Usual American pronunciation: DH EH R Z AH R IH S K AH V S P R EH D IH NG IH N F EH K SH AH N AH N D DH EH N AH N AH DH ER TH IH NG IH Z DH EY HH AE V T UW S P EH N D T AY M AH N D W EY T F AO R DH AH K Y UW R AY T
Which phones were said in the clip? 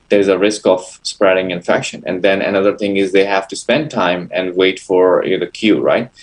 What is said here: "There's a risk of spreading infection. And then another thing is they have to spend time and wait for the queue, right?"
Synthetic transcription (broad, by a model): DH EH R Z AH R IH S K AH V S P R EH D IH NG IH N F EH K SH AH N AH N D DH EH N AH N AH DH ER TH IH NG IH Z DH EY HH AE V T UW S P EH N D T AY M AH N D W EY T F AO R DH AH K Y UW R AY T